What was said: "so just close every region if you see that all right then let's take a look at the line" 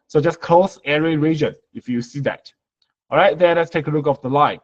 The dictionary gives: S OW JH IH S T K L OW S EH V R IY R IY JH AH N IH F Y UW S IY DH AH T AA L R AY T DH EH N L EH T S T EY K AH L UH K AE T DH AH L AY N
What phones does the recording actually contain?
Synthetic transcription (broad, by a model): S OW JH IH S K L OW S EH R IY R IY JH AH N IH F Y UW S IY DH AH T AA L R AY T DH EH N L EH T S T EY K AH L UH K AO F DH AH L AY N